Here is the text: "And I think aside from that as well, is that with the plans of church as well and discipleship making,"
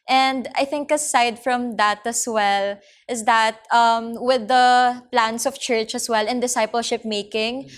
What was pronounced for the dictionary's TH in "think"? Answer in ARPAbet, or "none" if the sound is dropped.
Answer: TH